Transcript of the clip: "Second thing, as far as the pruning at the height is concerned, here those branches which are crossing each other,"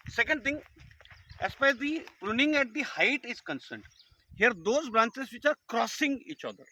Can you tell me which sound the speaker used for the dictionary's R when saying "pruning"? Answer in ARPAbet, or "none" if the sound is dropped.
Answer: R